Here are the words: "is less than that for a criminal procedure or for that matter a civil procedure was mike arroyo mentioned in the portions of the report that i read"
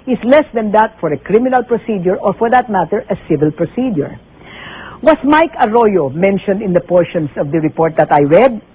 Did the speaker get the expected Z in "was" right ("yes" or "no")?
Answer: no